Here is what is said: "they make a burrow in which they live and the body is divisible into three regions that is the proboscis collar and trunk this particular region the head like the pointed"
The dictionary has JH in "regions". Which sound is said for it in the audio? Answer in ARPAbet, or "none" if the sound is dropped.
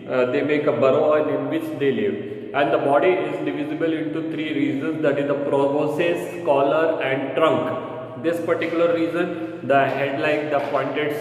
Z